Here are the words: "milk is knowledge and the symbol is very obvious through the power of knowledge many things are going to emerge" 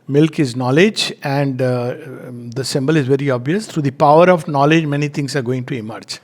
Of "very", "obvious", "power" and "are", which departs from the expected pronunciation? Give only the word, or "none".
none